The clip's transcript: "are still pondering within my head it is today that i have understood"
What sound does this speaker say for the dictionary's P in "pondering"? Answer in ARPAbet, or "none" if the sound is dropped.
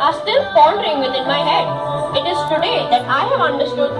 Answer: F